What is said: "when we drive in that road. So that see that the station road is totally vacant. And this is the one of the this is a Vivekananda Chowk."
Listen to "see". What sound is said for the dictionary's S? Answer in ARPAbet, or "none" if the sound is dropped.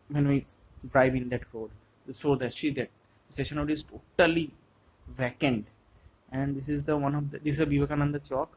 SH